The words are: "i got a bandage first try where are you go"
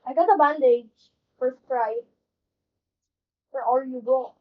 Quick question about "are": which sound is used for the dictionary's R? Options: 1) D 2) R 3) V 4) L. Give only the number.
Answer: 4